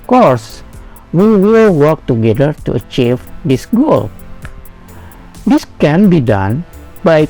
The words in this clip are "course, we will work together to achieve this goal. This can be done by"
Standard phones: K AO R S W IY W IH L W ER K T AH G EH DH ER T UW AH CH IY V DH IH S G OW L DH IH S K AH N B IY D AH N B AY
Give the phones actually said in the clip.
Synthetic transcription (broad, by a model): K AO R S W IY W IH L W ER K T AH G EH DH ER T UW AH CH IY V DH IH S G OW L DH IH S K AH N B IY D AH N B AY